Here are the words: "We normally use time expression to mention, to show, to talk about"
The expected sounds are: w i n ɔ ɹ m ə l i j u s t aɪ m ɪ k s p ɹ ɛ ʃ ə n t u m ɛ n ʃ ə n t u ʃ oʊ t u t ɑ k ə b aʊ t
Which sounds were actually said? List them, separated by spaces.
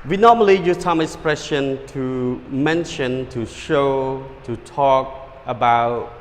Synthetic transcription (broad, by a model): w i n ɔ m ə l i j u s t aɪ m ɪ k s p ɹ ɛ ʃ ə n t u m ɛ n ʃ ə n t u ʃ oʊ t u t ɑ k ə b aʊ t